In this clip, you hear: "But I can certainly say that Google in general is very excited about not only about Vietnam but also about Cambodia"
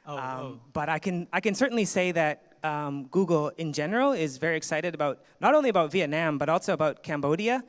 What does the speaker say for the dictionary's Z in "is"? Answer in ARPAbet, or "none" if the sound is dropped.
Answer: Z